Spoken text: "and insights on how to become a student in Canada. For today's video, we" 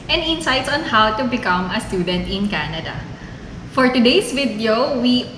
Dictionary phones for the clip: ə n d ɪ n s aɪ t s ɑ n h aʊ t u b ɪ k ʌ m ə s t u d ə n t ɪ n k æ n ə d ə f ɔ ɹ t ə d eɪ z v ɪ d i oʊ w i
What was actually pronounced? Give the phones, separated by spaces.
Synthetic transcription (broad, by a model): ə n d ɪ n s aɪ t s ɑ n h aʊ t u b ɪ k ʌ m ə s t u d ə n t ɪ n k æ n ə d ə f ɔ ɹ t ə d eɪ s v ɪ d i oʊ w i